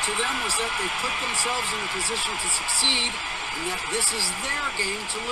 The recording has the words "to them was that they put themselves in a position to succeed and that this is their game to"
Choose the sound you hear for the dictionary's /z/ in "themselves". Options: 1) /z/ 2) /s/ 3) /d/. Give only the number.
1